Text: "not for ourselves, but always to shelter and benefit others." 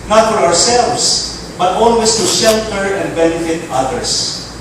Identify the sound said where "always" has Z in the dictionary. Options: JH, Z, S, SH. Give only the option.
S